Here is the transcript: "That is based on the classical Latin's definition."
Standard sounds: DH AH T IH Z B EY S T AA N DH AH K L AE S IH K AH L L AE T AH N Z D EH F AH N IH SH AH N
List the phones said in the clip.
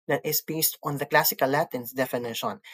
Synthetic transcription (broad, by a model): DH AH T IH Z B EY S T AA N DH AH K L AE S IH K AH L L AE T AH N S D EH F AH N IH SH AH N